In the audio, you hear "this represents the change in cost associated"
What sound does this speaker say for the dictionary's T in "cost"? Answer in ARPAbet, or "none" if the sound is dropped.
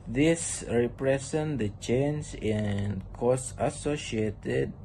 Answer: none